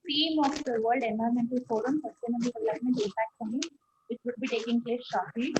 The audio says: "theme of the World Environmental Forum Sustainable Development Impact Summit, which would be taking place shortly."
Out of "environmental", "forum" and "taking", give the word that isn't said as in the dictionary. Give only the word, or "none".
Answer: environmental